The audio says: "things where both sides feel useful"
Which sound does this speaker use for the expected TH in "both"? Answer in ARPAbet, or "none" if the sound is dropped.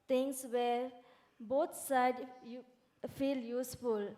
T